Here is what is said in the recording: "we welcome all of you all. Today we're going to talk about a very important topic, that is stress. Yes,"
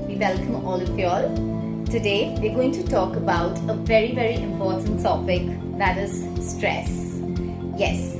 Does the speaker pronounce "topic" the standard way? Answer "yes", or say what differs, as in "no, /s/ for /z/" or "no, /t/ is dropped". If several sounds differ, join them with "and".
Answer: no, /s/ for /t/